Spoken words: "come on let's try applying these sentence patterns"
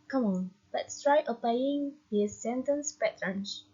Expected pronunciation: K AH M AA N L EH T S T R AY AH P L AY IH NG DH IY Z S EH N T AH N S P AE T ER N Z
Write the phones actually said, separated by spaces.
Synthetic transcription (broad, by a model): K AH M AA N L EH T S T R AY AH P AY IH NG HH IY S EH N T AH N S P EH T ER N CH